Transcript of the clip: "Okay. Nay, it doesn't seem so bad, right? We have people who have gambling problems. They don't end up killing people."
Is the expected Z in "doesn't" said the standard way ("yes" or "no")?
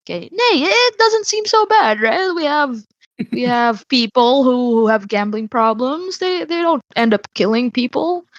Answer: yes